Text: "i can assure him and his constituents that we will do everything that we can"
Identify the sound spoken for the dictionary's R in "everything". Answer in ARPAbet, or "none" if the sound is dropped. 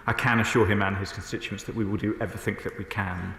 none